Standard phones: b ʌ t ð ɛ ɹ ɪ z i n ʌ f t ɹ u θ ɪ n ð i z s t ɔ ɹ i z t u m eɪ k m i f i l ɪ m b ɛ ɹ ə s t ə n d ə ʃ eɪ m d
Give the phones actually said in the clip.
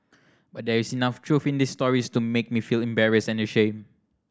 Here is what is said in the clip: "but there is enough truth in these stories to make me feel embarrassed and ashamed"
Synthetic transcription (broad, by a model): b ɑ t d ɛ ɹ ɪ s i n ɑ f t ɹ u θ ɪ n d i s t ɔ ɹ i s t u m eɪ k m i f i l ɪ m b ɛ ɹ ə s ə n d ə ʃ eɪ m